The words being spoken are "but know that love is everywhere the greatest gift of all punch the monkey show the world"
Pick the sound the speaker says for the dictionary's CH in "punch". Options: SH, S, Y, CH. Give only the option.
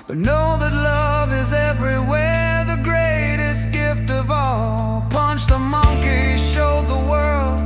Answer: CH